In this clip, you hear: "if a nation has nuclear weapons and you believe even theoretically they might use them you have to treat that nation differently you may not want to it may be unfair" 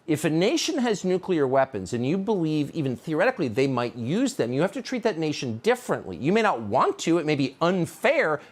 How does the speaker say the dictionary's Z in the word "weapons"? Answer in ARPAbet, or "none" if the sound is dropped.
Z